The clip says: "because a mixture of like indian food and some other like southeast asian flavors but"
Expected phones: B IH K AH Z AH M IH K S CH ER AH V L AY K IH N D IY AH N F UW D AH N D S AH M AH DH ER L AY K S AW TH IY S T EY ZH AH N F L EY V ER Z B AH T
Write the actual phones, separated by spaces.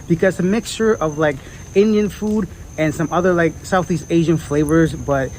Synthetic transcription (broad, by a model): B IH K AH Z AH M IH K S CH ER AH V L AY K IH N D IY AH N F UW D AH N S AH M AH DH ER L AY K S AW TH IY S T EY ZH AH N F L EY V ER Z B AH T